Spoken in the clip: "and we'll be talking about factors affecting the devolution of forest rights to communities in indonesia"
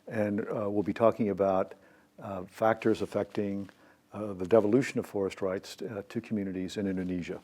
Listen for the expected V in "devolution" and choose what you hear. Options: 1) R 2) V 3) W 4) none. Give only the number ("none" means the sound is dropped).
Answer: 2